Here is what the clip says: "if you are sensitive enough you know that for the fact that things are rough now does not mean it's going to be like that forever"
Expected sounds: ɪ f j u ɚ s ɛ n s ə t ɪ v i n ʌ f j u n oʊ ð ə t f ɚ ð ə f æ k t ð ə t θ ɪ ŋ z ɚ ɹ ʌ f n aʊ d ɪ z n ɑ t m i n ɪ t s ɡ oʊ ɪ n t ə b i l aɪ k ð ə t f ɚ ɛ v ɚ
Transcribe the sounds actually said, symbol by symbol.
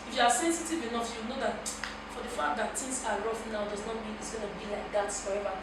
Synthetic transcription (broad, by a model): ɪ f j u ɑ s ɛ n s ə t ɪ v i n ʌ f j u n oʊ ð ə t f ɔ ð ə f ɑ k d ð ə t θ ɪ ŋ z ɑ ɹ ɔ f n aʊ d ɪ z n ɑ t m i n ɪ t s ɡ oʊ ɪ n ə b i l aɪ k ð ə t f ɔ ɛ v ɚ